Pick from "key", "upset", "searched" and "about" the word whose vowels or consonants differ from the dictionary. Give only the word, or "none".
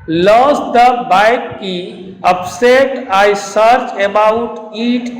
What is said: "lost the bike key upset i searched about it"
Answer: searched